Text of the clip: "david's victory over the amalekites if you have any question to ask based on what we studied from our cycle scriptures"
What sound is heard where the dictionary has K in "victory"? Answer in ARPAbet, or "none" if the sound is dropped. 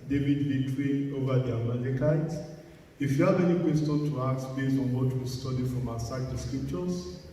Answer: none